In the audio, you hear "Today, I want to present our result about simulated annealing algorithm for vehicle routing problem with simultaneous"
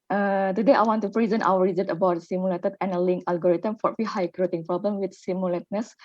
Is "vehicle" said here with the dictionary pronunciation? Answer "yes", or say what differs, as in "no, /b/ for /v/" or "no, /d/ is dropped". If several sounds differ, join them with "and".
no, /f/ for /v/